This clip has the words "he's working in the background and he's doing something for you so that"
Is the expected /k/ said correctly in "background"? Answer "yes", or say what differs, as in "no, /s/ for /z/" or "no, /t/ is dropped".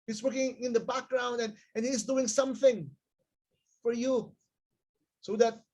yes